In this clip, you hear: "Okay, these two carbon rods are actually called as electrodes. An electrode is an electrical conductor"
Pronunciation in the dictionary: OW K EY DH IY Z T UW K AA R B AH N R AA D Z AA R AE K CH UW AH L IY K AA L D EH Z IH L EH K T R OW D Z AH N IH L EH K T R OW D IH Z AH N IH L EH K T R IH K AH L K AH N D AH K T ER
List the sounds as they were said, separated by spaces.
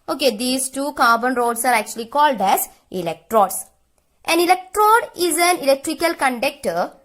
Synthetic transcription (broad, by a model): OW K EY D IY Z T UW K AA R B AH N R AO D S AA R AE K CH UW AH L IY K AA L D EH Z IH L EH K T R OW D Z AH N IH L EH K T R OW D IH Z AH N IH L EH K T R IH K AH L K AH N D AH K T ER